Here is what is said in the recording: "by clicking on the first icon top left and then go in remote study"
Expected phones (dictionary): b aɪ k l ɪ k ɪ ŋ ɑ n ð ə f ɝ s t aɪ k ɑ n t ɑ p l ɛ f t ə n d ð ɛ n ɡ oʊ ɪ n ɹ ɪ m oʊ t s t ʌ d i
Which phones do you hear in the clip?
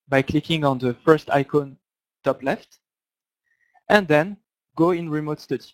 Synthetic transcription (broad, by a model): b aɪ k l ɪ k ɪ ŋ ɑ n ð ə f ɝ s t aɪ k ɑ n t ɑ p l ɛ f t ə n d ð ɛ n ɡ oʊ ɪ n ɹ ɪ m oʊ t s t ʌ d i